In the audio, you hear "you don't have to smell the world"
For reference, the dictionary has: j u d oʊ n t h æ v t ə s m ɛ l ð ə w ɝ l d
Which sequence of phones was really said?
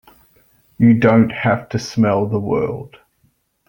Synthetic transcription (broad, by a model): j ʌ d oʊ n t h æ f t ə s m ɛ l ð ə w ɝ l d